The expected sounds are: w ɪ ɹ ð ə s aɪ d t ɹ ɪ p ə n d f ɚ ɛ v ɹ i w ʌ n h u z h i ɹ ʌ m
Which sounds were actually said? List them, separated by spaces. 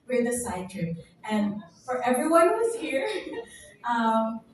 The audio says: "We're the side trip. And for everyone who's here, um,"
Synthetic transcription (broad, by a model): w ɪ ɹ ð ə s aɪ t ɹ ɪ ə n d f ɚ ɛ v ɹ i w ʌ n h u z h i ɹ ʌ m